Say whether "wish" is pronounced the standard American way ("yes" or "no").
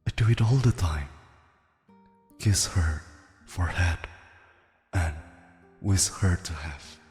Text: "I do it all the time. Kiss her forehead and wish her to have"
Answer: no